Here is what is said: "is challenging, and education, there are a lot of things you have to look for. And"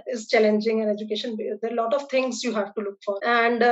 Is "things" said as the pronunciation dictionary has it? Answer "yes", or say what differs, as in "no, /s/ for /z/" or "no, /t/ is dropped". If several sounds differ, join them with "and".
no, /t/ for /θ/